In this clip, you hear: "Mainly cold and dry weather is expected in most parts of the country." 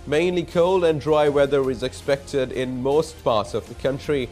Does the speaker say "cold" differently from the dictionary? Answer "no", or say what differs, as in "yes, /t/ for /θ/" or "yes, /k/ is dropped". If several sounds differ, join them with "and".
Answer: no